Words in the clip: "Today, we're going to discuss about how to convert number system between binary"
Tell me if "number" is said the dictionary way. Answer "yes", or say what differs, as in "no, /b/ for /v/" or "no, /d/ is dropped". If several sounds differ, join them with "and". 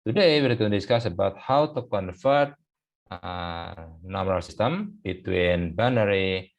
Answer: no, /b/ is dropped